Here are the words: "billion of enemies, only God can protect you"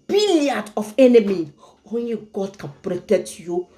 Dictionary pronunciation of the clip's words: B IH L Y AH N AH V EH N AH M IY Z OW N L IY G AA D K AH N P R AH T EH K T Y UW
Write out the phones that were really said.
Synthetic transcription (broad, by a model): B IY L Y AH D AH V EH N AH M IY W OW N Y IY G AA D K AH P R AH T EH T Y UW